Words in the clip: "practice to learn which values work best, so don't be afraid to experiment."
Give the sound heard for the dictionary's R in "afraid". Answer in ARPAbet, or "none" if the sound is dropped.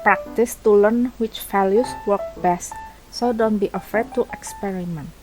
none